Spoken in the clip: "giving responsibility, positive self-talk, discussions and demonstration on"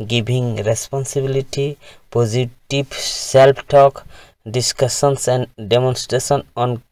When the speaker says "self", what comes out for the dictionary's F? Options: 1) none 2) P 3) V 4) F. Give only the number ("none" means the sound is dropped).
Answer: 2